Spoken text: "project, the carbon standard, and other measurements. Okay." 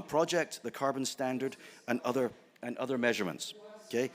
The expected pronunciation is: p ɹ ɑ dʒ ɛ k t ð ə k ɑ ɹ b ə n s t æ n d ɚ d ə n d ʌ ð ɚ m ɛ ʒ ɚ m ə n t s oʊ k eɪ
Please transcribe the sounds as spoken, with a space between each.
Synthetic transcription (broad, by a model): p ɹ ɑ dʒ ɛ k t ð ə k ɑ ɹ b ə n s t æ n d ɚ d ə n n ʌ ð ɚ m ɛ ʒ ɚ m ə n t s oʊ k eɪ